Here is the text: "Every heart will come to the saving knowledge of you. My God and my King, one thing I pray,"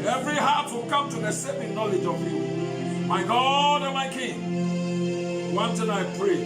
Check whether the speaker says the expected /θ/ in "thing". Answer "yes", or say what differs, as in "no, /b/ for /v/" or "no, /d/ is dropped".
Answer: no, /t/ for /θ/